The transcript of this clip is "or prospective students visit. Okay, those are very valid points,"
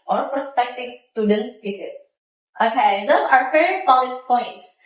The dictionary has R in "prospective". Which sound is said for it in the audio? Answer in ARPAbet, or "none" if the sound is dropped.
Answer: none